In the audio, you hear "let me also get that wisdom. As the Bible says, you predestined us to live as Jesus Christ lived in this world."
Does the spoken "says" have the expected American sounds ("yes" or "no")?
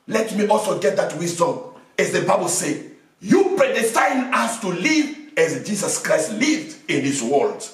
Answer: no